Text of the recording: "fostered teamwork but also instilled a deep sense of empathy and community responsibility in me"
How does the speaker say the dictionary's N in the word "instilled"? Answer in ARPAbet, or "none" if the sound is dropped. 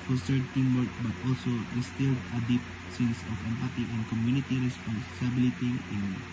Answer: none